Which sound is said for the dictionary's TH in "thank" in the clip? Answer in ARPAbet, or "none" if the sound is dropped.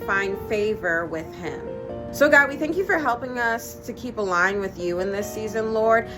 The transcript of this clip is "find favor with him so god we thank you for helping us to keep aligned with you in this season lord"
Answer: TH